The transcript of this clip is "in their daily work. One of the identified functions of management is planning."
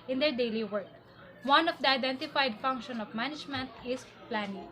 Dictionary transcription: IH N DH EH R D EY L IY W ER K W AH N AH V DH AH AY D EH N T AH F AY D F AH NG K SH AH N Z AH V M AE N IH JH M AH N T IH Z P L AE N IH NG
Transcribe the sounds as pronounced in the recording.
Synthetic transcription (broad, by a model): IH N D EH R D EY L IY W ER K W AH N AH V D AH AY D EH N T AH F AY D F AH NG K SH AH N AH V M AE N IH JH M AH N T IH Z P L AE N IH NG